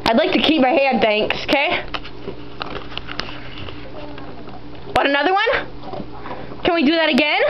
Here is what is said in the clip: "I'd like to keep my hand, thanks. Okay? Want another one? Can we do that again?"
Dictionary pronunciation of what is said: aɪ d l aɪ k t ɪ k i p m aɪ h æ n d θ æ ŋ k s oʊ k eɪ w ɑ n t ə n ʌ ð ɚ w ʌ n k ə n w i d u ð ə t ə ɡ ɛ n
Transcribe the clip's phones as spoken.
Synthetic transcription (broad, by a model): aɪ d l aɪ k t ɪ k i p m aɪ h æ d θ æ ŋ k s oʊ k eɪ w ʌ t ə n ʌ ð ɚ w ʌ n k ə n w i d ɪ ð ə t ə ɡ ɛ n